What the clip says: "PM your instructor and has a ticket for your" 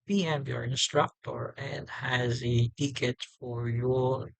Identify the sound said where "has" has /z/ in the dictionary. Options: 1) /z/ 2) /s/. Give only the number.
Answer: 1